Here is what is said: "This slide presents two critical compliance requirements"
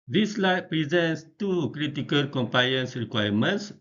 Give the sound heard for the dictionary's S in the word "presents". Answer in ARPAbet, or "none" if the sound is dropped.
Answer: S